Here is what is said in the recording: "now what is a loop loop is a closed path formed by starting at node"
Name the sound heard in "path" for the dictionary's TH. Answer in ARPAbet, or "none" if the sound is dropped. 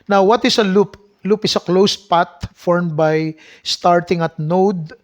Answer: T